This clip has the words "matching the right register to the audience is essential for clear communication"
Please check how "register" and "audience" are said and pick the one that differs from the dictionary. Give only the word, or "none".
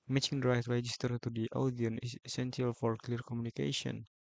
audience